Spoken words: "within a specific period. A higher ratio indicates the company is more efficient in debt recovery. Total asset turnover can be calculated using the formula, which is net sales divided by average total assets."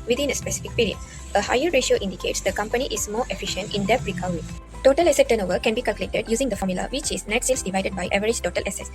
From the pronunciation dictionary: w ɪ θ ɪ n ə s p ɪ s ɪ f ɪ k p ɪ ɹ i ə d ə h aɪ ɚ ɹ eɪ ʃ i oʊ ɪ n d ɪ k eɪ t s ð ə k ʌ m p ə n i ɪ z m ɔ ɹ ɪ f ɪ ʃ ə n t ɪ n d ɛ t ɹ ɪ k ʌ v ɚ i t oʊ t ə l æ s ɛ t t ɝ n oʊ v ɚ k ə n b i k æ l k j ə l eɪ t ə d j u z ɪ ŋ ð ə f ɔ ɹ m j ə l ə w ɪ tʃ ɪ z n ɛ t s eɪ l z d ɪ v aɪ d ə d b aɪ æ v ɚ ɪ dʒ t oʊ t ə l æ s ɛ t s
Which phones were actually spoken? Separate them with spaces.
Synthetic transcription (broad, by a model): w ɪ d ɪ n ə s p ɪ s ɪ f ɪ k p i ɹ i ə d ə h aɪ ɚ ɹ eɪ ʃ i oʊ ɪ n d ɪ k eɪ t s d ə k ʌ m p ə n i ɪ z m ɔ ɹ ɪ f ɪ ʃ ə n t ɪ n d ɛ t ɹ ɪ k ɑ ʊ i t oʊ t ə l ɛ s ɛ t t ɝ n oʊ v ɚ k ə n b i k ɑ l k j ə l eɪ t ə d j u z ɪ ŋ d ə f ɔ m j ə l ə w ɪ tʃ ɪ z n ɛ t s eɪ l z d ɪ v aɪ d ə d b aɪ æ v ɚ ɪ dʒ t oʊ t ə l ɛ s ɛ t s